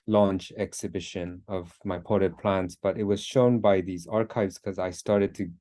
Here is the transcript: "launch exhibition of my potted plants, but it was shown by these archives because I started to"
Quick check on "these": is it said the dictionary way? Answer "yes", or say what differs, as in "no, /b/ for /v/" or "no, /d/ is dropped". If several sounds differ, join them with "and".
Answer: yes